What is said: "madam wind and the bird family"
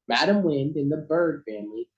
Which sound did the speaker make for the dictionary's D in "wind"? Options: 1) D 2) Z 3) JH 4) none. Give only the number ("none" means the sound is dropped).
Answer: 1